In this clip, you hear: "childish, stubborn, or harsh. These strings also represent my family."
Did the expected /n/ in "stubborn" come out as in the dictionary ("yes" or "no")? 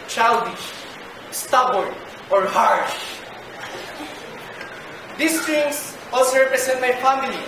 no